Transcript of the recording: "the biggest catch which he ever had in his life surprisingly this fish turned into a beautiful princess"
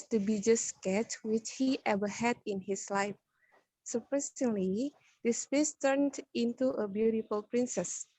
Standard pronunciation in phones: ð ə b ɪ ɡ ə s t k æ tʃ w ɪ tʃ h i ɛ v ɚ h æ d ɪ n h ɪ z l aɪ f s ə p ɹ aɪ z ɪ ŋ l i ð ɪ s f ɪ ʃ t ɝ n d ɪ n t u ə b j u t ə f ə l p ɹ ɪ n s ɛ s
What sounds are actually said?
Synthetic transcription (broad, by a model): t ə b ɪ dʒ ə s k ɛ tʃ w ɪ tʃ h i ɛ v ɚ h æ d ɪ n h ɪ s l aɪ f s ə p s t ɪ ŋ l i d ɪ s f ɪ s t ɝ n d ɪ n t u ə b j u t ə f ə l p ɹ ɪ n s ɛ s